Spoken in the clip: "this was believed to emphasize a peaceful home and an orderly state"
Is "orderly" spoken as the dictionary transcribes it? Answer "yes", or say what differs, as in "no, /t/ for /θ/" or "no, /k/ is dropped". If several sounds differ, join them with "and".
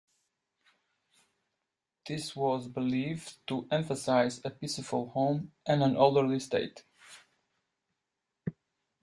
no, /l/ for /ɹ/